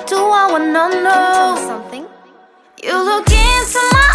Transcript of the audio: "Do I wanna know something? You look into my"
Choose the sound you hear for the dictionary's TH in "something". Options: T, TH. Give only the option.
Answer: TH